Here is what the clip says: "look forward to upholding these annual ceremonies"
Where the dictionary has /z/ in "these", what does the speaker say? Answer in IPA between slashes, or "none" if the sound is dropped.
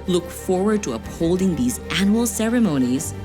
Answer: /z/